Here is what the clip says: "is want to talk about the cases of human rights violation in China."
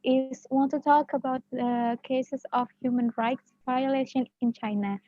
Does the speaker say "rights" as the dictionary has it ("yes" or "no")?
yes